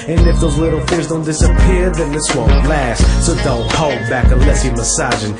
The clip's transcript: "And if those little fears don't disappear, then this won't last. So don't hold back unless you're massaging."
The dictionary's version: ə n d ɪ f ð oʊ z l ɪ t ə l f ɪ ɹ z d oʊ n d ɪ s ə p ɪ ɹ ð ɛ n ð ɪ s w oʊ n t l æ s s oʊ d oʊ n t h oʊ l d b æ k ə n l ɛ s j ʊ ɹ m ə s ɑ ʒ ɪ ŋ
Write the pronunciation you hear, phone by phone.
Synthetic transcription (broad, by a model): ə n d ɪ f ð oʊ z l ɪ t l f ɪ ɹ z d oʊ n d ɪ s ə p ɪ ɹ ð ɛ n ð ɪ s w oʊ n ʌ l æ s s oʊ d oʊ n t h oʊ l d b æ k ə n l ɛ s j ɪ m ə s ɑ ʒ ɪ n